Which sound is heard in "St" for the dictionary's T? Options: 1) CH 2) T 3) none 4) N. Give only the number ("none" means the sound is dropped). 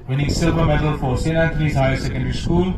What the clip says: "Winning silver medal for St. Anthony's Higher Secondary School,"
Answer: 3